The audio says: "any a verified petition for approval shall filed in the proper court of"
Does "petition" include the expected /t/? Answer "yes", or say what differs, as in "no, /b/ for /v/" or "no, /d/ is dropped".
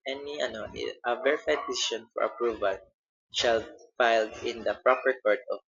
no, /s/ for /t/